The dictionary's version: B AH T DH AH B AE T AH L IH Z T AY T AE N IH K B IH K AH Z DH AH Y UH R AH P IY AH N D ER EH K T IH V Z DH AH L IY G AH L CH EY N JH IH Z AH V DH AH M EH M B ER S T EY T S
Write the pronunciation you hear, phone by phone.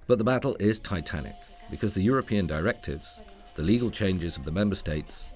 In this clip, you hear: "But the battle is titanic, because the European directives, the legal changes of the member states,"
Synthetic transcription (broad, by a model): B AH T DH AH B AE T L IH Z T AY T AE N IH K B IH K AH Z DH AH Y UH R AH P IY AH N D ER EH K T IH V Z DH AH L IY G AH L CH EY N JH IH Z AH V DH AH M EH M B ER S T EY T S